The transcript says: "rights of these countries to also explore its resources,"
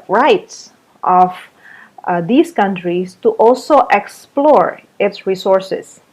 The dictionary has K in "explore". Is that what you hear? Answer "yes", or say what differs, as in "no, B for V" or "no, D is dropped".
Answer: yes